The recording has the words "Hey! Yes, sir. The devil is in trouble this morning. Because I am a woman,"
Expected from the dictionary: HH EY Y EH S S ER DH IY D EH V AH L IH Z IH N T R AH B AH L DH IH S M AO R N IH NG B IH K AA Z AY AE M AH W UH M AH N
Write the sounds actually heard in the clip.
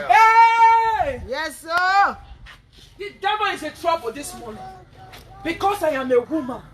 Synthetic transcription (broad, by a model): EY Y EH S S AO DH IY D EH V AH N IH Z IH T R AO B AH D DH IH S M AO N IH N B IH K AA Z AY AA M AH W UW M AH N